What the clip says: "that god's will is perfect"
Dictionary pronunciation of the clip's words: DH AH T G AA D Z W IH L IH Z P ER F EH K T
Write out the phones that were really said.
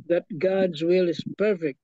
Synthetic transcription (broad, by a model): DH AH T G AA D Z W IH L IH Z P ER F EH K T